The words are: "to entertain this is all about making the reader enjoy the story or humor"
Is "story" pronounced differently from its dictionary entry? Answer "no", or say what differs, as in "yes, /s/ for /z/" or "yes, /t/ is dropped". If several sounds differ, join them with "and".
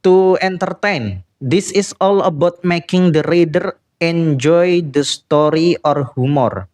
no